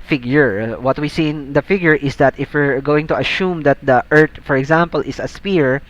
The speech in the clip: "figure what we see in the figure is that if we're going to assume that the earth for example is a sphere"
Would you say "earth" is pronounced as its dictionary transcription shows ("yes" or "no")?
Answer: no